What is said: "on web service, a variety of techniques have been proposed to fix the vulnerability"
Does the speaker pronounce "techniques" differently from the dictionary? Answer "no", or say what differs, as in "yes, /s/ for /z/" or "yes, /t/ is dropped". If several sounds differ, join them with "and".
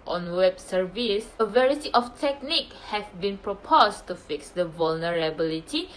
yes, /s/ is dropped